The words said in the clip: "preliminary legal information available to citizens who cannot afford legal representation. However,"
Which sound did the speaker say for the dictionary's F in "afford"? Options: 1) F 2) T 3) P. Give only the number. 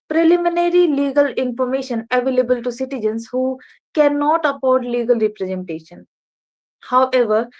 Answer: 3